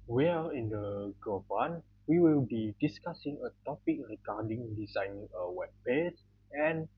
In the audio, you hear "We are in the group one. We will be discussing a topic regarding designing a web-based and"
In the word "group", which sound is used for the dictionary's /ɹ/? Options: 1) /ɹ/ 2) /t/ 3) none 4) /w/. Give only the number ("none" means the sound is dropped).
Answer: 3